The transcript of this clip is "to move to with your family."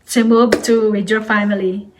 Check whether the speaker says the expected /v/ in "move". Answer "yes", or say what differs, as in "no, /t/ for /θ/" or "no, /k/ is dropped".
no, /b/ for /v/